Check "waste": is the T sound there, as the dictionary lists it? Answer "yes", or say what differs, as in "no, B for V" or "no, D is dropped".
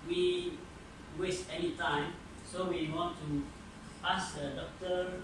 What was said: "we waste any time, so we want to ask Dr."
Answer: yes